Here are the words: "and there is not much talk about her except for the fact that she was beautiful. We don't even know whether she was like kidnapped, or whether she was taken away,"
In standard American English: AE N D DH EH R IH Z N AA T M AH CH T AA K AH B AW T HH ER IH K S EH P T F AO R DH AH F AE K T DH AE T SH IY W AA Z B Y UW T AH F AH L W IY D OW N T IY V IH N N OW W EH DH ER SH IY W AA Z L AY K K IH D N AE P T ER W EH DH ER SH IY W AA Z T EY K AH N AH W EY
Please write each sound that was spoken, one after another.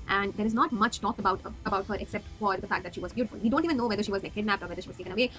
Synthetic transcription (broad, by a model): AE N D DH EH R IH Z N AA T M AH CH T AA K AH B AW T HH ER IH K S EH P T F AO R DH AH F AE K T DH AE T SH IY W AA Z B Y UW T AH F AH L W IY D OW N T IY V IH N N OW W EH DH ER SH IY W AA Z N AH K K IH D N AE P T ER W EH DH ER SH IY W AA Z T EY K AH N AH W EY